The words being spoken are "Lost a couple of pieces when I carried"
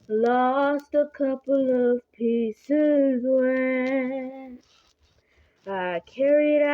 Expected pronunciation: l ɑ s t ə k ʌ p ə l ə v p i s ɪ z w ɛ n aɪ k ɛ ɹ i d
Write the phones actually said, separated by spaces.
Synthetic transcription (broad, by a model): l ɑ s t ə k ʌ p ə l ə v p i s ɪ z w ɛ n aɪ k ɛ ɹ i d